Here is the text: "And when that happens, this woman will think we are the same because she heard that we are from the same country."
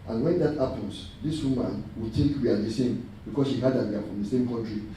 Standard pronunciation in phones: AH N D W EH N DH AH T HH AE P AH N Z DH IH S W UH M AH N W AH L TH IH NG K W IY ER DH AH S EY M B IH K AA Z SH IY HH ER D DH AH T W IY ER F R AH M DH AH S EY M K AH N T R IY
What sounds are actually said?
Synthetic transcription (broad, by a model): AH N W EH N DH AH T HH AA P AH N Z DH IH S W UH M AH N W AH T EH K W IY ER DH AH S EY M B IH K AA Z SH IY HH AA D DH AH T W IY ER F R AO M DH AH S EY M K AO N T R IY